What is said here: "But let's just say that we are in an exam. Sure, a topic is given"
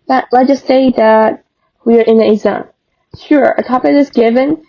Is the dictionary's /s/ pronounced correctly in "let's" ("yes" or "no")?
no